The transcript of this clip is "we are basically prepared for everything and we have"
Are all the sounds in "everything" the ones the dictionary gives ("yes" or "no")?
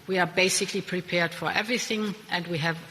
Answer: yes